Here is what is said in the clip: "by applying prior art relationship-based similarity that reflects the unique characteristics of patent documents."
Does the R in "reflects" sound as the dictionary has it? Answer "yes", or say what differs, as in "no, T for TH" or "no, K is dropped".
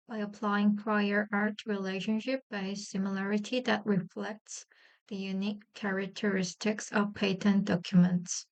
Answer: yes